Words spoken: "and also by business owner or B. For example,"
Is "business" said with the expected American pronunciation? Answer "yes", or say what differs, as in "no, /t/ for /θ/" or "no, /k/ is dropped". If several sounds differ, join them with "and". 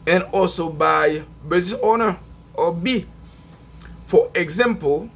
no, /n/ is dropped